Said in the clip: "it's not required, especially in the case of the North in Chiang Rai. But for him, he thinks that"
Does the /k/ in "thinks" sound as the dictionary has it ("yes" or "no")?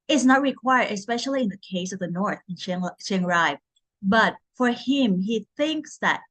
yes